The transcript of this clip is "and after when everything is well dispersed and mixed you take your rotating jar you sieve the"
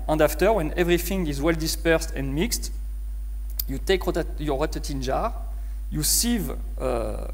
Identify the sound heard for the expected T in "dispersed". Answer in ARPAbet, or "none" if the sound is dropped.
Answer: T